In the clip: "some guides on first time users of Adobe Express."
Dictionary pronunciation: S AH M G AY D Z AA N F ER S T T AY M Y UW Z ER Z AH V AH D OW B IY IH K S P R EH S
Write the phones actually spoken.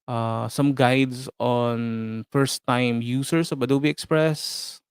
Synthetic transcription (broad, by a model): S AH M G AY D S AA N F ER S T T AY M Y UW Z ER S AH B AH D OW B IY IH K S P R EH S